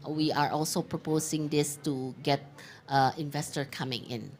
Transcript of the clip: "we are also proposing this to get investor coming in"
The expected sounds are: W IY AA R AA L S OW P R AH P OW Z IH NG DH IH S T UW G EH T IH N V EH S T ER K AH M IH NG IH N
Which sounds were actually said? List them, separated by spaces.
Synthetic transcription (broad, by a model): W IY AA R AA L S OW P R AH P OW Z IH NG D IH S T UW G EH T IH N V EH S T ER K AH M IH NG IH N